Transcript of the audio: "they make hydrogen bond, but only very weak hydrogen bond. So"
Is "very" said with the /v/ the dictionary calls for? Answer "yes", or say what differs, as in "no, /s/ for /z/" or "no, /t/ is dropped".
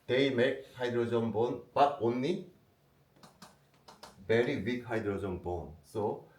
no, /b/ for /v/